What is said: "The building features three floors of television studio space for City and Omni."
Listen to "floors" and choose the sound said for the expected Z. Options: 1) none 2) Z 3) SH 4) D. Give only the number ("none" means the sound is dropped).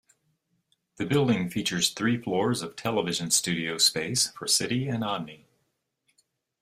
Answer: 2